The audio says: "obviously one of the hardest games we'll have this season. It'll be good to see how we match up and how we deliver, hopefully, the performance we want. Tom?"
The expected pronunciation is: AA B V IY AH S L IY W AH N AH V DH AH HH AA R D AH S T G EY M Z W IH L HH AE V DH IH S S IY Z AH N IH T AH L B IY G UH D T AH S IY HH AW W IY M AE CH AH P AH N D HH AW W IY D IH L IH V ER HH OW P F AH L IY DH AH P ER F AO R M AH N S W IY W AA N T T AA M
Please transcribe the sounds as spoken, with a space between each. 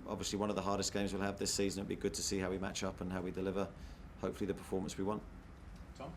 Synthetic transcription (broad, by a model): AA B V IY AH S L IY W AH N AH V DH AH HH AA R D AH S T G EY M Z W IH L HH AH V DH IH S S IY Z AH N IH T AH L B IY G UH D T AH S IY HH AW W IY M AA CH AH P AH N HH AW W IY D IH L IH V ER HH OW P F AH L IY DH AH P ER F AO M AH N S W IY W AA N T T